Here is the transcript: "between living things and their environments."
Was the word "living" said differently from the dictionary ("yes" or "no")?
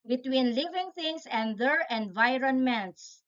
no